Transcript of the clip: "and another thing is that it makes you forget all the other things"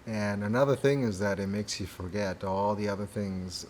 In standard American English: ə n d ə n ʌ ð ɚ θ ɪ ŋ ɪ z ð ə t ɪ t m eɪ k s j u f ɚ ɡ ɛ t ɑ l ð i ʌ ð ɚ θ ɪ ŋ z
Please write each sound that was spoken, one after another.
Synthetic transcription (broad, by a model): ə n ə n ʌ ð ɚ θ ɪ ŋ ɪ z ð ə t ɪ t m eɪ k s j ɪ f ɚ ɡ ɛ t ɑ l ð i ʌ ð ɚ θ ɪ ŋ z